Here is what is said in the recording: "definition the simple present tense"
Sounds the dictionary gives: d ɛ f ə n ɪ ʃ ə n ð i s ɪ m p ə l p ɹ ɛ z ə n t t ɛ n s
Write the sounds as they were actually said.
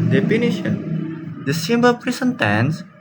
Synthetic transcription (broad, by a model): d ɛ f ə n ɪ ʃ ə n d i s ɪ m b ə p ɹ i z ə n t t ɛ n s